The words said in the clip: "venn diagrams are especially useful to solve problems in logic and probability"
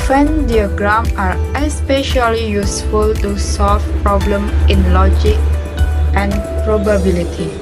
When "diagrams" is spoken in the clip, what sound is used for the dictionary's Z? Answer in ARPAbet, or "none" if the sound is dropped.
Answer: none